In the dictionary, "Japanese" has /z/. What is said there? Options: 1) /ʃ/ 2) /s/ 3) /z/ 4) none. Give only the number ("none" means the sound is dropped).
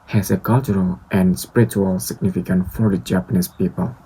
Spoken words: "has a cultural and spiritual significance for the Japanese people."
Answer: 2